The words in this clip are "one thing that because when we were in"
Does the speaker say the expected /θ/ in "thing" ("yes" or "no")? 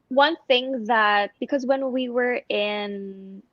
yes